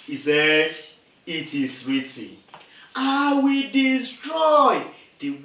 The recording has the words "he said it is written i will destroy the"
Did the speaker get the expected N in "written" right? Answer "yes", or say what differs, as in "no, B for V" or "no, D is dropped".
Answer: no, N is dropped